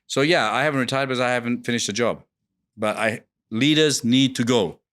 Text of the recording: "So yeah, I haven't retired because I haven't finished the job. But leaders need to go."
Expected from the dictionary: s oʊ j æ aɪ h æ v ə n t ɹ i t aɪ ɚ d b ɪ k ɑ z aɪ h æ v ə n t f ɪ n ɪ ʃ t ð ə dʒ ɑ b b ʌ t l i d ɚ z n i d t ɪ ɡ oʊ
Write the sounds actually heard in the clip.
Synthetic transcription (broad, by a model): s oʊ j æ aɪ h æ v ə n t ɹ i t aɪ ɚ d b ɪ k ɑ z aɪ h æ v ə n t f ɪ n ɪ ʃ t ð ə dʒ ɑ b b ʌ t l i d ɚ z n i d t ɪ ɡ oʊ